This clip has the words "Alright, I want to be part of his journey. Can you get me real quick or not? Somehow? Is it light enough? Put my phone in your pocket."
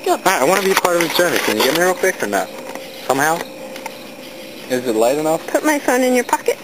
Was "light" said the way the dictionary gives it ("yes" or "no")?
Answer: yes